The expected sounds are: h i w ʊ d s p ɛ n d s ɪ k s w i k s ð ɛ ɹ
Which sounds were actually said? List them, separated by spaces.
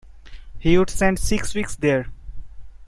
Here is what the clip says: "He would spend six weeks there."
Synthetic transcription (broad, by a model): h i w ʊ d s ɛ n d s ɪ k s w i k s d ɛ ɹ